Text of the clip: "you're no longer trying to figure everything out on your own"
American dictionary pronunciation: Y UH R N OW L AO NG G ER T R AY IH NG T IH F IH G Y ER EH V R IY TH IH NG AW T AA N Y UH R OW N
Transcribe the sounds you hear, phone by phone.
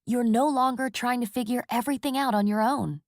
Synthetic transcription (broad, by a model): Y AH R N OW L AO NG G ER T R AY IH NG T IH F IH G Y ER EH V R IY TH IH NG AW T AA N Y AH R OW N